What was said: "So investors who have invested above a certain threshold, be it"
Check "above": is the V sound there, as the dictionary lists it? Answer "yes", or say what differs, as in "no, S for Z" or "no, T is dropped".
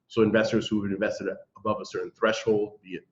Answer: yes